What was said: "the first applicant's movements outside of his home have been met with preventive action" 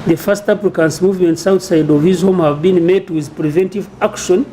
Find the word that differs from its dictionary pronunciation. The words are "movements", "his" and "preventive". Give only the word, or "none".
none